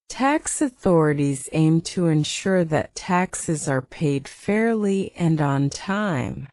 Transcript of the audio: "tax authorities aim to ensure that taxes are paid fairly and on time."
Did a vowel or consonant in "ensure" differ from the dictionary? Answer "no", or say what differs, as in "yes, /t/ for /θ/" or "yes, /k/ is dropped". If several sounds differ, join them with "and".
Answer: no